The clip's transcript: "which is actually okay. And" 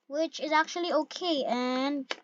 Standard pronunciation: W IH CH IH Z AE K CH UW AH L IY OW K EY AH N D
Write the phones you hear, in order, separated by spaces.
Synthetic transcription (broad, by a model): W IH CH IH Z AE K CH UW AH L IY OW K EY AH N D